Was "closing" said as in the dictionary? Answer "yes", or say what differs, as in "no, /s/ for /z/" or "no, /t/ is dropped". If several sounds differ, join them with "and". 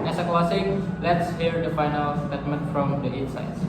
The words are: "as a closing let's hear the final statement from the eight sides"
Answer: no, /s/ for /z/